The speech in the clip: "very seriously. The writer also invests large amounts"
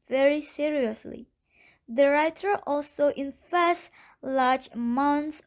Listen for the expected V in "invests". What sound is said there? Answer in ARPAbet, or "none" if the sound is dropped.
F